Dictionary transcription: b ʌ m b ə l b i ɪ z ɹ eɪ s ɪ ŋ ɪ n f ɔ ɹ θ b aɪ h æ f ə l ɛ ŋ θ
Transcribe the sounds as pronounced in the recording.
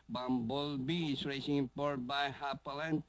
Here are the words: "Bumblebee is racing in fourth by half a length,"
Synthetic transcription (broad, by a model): b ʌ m b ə l b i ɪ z ɹ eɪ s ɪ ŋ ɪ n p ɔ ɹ t b aɪ h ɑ p ə l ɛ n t